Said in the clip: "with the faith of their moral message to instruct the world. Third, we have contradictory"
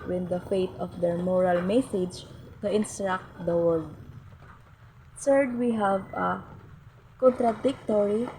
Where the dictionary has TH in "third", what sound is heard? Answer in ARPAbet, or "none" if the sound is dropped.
S